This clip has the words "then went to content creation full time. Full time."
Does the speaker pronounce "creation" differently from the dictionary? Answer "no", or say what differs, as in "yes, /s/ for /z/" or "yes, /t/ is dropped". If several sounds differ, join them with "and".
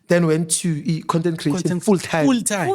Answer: yes, /ʃ/ is dropped